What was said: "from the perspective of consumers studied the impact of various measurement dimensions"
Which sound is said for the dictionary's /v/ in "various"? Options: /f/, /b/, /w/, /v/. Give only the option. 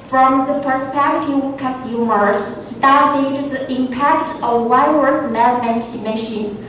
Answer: /w/